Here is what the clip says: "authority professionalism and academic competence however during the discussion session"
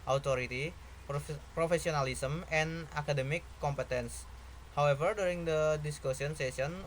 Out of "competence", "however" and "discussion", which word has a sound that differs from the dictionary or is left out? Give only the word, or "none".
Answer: discussion